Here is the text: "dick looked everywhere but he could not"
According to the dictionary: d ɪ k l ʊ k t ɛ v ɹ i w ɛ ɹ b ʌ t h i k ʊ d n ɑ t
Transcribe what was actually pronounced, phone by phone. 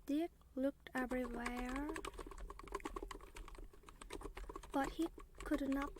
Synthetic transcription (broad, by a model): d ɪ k l ʊ k t ɛ v ɹ i w ɛ ɹ b ʌ t h i k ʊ d n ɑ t